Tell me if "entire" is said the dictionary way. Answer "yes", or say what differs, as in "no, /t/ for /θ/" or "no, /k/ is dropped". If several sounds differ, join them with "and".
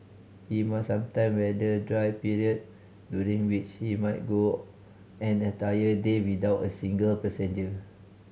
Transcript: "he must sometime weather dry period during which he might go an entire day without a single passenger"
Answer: no, /n/ is dropped